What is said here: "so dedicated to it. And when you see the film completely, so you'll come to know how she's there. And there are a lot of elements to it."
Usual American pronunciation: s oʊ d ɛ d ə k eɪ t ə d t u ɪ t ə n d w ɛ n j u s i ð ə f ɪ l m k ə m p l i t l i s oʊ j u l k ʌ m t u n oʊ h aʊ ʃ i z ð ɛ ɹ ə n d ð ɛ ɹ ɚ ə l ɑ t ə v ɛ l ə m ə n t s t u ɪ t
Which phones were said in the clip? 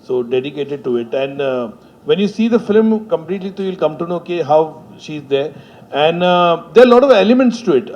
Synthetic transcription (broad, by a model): s oʊ d ɛ d ə k eɪ t ə d t u ɪ t ə n d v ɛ n j u s i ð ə f ɪ l m k ə m p l i t l i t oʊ j u l k ʌ m t u n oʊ h aʊ ʃ i z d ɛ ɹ ə n d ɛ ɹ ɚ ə l ɑ t ə v ɛ l ə m ə n t s t u ɪ t